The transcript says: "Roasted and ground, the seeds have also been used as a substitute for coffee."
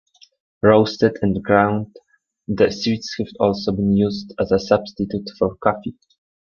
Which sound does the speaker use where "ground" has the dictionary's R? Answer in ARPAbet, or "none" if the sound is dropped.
R